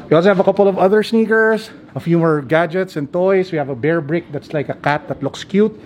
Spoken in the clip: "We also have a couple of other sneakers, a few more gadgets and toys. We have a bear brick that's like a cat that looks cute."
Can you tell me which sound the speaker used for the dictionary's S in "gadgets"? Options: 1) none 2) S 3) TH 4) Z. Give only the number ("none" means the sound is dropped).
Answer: 2